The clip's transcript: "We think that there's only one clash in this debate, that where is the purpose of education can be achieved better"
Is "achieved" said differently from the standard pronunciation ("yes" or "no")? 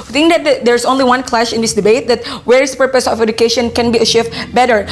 yes